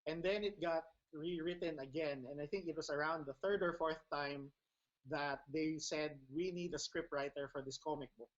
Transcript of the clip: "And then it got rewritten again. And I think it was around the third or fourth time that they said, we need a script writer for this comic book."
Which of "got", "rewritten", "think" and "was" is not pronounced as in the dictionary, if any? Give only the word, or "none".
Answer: was